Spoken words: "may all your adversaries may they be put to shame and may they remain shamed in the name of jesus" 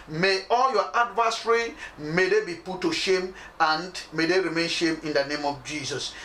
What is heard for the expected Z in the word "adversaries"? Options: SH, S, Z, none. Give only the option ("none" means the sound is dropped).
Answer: none